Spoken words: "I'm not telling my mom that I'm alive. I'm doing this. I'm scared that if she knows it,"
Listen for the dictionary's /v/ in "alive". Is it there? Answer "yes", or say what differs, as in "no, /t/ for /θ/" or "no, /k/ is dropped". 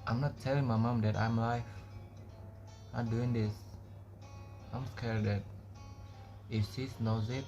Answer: no, /f/ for /v/